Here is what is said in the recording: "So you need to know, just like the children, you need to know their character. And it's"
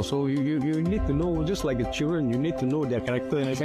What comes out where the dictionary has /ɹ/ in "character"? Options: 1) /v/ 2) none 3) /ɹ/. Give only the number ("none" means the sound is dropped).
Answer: 2